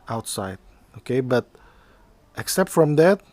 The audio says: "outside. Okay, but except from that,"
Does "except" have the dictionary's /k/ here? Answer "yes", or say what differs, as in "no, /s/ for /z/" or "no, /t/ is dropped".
yes